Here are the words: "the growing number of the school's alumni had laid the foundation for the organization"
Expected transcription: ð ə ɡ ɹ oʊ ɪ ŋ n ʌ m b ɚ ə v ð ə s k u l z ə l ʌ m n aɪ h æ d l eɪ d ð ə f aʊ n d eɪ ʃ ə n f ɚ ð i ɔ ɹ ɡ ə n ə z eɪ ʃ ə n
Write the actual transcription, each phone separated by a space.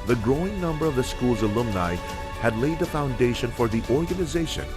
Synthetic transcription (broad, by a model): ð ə ɡ ɹ oʊ ɪ ŋ n ʌ m b ɚ ə v ð ə s k u l z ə l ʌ m n aɪ h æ d l eɪ d ð ə f aʊ n d eɪ ʃ ə n f ɚ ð i ɔ ɹ ɡ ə n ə z eɪ ʃ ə n